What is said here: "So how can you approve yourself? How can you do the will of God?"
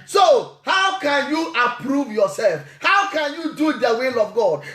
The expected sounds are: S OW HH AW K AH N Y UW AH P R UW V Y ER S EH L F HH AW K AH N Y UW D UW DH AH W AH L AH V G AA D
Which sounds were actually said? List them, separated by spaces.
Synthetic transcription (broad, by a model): S OW HH AW K AH N Y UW AH P R UW V Y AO S EH L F HH AW K AH N Y UW D UW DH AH W AH L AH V G AA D